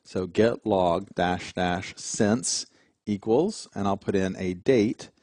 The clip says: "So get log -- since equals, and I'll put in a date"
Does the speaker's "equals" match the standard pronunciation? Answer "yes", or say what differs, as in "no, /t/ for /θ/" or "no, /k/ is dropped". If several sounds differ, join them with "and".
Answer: yes